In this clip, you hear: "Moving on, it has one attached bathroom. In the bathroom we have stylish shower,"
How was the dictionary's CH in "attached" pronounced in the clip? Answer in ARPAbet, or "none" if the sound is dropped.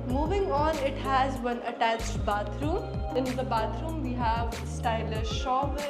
CH